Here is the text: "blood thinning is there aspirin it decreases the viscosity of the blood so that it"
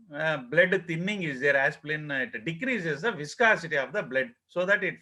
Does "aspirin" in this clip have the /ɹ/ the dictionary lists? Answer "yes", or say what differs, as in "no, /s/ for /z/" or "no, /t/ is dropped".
no, /l/ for /ɹ/